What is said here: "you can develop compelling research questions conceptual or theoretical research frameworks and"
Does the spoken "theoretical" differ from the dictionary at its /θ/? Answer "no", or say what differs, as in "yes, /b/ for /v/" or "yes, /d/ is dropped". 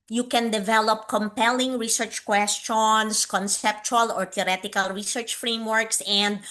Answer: yes, /t/ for /θ/